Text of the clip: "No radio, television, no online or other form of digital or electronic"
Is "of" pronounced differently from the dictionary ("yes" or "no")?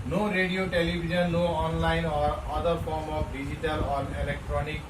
yes